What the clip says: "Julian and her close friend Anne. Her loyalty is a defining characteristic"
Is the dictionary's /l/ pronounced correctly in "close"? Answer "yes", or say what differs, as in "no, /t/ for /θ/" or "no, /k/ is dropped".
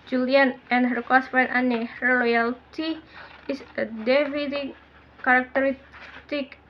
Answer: no, /l/ is dropped